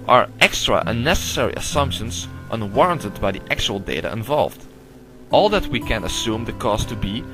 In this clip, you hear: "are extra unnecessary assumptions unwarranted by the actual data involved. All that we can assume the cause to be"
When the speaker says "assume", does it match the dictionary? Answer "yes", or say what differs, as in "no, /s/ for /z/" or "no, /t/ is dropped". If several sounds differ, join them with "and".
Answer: yes